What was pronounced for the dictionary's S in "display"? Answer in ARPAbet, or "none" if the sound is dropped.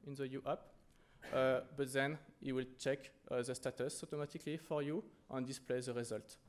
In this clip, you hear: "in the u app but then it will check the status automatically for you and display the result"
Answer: S